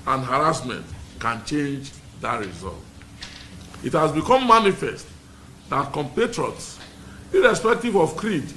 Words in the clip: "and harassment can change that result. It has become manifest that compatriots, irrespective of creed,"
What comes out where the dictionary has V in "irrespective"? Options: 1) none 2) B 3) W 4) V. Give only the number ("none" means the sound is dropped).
4